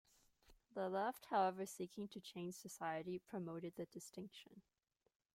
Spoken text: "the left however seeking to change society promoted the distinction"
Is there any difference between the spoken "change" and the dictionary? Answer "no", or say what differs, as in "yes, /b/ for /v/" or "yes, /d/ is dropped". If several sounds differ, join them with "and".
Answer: yes, /ʒ/ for /dʒ/